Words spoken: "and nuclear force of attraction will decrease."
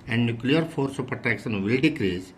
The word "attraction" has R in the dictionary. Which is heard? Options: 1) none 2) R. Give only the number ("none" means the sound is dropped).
1